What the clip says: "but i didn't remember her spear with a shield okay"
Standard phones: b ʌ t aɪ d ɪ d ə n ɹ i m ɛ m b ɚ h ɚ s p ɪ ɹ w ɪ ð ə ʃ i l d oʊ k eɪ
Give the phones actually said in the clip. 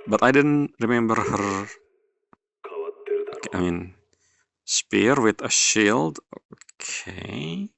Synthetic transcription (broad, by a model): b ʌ t aɪ d ɪ d ə n ɹ i m ɛ m b ɚ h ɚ s p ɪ ɹ w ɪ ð ə ʃ i l d oʊ k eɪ